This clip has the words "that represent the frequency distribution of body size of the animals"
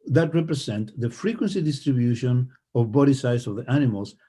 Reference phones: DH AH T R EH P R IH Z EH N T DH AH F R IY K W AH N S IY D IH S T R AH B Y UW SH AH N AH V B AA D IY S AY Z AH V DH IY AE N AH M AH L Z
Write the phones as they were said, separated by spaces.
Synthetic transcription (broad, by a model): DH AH T R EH P R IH S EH N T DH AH F R IY K W AH N S IY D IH S T R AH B Y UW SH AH N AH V B AA D IY S AY S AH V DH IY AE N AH M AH L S